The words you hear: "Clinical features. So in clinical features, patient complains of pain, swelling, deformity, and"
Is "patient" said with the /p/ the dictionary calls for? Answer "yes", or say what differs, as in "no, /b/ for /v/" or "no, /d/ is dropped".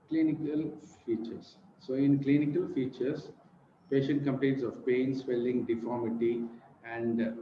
yes